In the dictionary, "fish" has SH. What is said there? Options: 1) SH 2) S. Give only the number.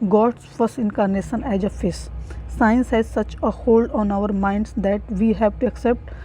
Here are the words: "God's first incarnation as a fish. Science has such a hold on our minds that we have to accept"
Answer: 2